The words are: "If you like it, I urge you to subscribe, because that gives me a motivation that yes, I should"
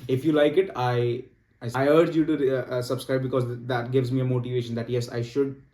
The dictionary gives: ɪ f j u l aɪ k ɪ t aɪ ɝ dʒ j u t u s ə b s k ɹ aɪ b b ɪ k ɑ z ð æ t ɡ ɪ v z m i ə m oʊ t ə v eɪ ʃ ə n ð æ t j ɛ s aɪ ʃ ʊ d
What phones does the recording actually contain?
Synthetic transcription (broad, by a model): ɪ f j u l aɪ k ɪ t aɪ ɝ dʒ j u t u s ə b s k ɹ aɪ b b ɪ k ɑ z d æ t ɡ ɪ v z m i ə m oʊ t ə v eɪ ʃ ə n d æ t j ɛ s aɪ ʃ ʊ d